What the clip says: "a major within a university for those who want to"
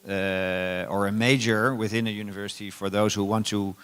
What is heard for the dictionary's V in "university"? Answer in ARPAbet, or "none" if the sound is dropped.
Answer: V